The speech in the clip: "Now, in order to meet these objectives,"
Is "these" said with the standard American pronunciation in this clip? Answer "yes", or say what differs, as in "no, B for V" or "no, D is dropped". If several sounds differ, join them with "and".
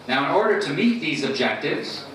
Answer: yes